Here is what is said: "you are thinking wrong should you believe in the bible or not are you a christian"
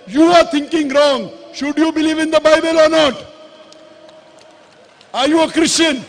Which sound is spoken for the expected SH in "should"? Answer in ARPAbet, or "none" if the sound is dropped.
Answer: SH